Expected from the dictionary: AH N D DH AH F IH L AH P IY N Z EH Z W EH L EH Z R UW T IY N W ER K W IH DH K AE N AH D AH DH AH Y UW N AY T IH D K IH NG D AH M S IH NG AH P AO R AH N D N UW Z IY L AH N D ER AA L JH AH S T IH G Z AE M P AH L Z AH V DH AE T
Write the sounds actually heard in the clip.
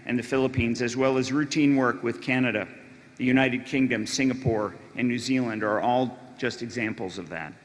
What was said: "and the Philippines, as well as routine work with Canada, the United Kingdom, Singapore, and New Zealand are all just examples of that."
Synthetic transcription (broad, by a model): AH N DH AH F IH L AH P IY N Z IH Z W EH L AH Z R UW T IY N W ER K W IH DH K AE N AH D AH DH AH Y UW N AY T IH D K IH NG D AH M S IH NG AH P AO R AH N N UW Z IY L AH N D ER AA L JH AH S T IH G Z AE M P L Z AH V DH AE T